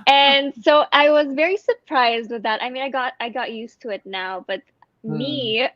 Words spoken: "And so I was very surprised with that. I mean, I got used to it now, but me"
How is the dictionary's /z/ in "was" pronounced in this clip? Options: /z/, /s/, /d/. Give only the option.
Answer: /z/